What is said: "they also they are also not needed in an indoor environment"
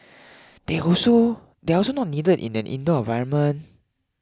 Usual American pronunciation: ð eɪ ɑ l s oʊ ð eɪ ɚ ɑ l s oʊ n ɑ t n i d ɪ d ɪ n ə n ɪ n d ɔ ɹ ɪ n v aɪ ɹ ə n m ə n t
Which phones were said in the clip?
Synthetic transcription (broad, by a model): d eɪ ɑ s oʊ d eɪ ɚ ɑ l s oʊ n ɑ t n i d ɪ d ɪ n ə n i n d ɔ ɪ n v aɪ ɹ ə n m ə n